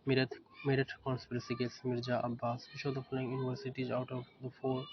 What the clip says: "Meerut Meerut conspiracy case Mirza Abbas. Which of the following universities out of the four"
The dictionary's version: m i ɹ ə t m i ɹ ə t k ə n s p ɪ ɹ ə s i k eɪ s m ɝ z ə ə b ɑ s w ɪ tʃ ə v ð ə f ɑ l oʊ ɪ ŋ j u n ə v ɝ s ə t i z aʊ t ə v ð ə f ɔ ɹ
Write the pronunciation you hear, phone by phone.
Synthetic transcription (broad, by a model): m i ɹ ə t m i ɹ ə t k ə n s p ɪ ɹ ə s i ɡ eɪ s m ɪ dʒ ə ə b ɑ s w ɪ ʃ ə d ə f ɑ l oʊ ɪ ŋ j u n ə v ɝ s ə t i z aʊ t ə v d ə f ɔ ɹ